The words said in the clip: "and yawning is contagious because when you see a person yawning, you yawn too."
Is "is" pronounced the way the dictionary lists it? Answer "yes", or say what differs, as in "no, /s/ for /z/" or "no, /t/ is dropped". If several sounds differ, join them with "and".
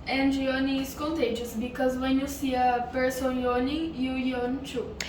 no, /s/ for /z/